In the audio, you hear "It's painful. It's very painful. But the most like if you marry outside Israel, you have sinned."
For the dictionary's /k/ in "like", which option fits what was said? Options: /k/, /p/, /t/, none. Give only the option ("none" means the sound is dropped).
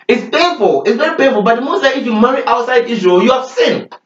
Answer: none